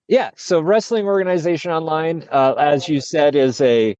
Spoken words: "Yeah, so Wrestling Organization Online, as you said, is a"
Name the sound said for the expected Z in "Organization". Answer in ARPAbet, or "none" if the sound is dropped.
Z